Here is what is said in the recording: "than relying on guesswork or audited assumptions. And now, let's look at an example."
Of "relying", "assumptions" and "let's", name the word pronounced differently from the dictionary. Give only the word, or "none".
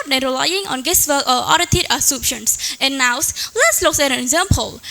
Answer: assumptions